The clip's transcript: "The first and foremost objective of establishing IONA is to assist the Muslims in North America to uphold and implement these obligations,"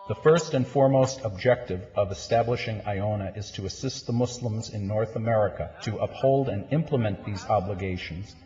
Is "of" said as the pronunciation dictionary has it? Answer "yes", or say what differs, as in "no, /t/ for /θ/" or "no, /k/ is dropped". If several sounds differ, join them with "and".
yes